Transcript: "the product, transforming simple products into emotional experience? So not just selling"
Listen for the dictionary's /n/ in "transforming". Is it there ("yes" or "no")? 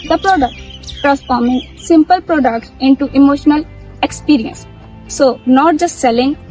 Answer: no